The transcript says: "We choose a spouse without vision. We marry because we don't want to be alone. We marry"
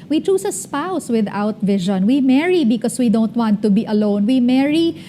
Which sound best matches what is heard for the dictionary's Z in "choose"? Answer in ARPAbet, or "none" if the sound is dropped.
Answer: S